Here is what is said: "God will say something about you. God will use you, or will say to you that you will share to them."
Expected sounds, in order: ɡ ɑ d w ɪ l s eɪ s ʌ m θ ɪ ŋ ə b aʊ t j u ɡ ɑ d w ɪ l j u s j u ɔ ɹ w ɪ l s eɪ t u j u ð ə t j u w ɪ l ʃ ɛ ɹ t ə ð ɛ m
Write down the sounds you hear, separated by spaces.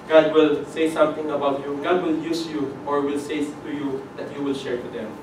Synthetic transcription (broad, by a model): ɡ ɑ d w ɪ l s eɪ s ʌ m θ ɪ ŋ ə b aʊ t j u ɡ ɑ d w ɪ l j u s j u ɔ ɹ w ɪ l s eɪ t u j u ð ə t j u w ɪ l ʃ ɛ ɹ t ə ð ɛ m